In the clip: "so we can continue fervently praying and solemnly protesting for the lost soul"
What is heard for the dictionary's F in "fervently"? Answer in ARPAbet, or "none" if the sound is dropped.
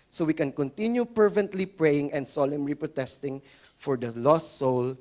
P